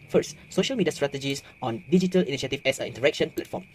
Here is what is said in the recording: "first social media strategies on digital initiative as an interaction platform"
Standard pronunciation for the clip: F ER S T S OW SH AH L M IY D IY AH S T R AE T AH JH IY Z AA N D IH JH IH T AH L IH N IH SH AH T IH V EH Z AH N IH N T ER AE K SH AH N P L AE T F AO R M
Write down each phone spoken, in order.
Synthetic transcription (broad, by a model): F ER S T S OW SH AH L M IY D IY AH S T R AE T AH JH IY S AA N D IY JH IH T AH L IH N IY SH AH T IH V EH S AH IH N T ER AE K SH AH N P L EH T F AO M